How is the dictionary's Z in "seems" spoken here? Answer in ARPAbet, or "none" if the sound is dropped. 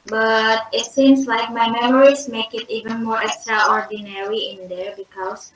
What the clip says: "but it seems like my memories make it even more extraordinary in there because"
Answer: S